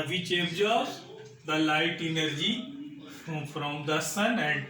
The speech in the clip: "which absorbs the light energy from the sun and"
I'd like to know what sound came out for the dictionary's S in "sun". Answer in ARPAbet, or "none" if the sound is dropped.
S